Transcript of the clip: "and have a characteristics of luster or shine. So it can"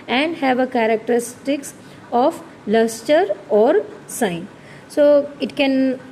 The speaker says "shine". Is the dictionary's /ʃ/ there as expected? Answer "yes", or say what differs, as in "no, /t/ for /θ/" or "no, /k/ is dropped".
no, /s/ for /ʃ/